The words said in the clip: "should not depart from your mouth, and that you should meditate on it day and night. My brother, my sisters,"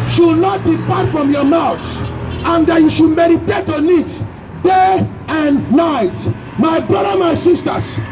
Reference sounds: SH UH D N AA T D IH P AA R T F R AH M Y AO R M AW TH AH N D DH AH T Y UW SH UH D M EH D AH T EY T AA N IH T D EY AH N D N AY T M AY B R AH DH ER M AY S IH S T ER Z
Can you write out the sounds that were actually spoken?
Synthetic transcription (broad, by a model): SH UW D N AA T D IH P AA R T F R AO M Y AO M AW S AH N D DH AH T Y UW SH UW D M EH D AH T EY T AA N IH T D EY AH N N AY T M AY B R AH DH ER M AY S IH S T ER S